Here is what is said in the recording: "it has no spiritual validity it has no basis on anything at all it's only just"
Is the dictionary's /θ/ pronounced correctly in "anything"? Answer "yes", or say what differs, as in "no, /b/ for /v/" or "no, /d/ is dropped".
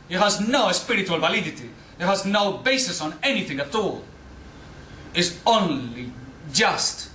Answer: yes